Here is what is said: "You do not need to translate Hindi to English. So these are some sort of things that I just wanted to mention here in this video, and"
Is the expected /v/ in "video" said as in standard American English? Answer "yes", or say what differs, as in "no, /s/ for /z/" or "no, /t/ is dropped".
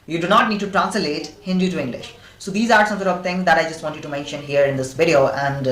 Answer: yes